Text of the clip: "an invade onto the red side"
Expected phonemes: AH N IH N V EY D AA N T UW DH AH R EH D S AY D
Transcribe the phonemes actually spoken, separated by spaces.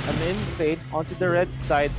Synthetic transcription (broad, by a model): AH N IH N P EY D AA N T UW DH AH R EH D S AY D